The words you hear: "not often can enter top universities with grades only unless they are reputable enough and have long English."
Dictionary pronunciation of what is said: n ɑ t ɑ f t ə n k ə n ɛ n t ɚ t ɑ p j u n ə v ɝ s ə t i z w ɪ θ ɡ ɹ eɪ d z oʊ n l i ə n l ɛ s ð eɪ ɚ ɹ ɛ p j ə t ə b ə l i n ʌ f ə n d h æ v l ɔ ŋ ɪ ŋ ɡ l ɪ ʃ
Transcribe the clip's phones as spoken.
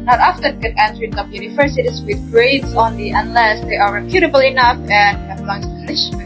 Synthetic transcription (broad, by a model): n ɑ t ɑ f t ə n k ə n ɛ n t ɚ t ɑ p j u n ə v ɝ s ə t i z w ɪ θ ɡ ɹ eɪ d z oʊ n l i ə n l ɛ s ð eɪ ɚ ɹ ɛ p j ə t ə b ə l i n ʌ f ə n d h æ b l ɔ ŋ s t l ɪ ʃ